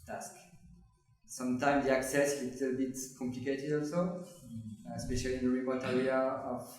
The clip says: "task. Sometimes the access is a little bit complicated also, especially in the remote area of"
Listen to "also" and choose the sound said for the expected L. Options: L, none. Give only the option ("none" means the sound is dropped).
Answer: L